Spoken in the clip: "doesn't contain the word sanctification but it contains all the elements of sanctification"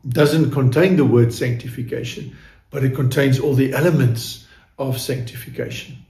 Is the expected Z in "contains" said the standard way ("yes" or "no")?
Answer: yes